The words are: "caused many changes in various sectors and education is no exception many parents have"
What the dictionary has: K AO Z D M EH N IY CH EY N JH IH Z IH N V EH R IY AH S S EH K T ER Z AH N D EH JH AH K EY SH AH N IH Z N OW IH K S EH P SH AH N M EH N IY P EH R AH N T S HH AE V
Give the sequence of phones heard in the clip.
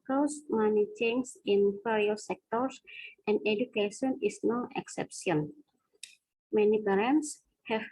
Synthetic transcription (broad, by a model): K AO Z M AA N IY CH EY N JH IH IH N P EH R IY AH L S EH K T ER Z AH N D EH JH AH K EY SH AH N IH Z N OW IH K S EH P SH AH N M EH N IY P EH R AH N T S HH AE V